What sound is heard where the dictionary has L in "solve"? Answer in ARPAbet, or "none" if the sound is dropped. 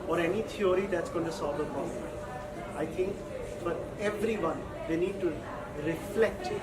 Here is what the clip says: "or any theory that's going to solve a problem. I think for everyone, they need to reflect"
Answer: none